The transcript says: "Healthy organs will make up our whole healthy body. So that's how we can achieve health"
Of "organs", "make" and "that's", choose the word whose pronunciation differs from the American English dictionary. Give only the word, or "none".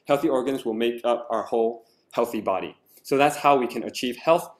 none